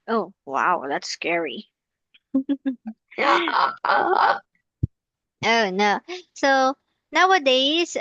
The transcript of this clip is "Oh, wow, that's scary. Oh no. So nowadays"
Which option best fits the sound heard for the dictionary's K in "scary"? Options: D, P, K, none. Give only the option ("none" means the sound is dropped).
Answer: K